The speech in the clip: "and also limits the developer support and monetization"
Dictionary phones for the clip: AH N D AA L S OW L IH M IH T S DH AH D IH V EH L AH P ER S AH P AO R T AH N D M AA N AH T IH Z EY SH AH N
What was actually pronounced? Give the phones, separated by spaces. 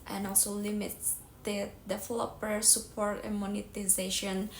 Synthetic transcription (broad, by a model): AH N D AA L S OW L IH M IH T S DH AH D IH F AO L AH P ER S AH P AO R T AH N M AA N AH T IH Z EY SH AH N